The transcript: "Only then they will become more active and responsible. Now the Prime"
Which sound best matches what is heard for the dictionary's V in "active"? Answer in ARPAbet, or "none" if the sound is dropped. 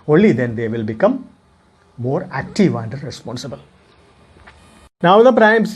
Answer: V